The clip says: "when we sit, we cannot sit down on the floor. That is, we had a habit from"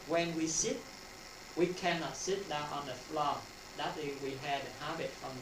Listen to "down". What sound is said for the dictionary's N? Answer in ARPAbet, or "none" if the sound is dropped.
none